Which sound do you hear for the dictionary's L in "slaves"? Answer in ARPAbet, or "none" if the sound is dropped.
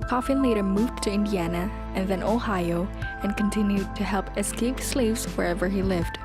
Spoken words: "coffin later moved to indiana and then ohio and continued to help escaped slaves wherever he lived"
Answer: L